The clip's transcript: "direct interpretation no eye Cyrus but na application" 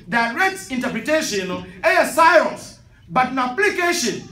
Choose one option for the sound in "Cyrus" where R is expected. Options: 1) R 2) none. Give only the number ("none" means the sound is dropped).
2